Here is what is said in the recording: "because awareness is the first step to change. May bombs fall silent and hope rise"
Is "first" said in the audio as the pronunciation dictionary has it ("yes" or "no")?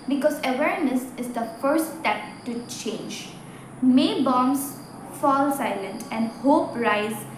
no